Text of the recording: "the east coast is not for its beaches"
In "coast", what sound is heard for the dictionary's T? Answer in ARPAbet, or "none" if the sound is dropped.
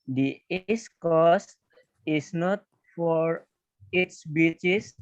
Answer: none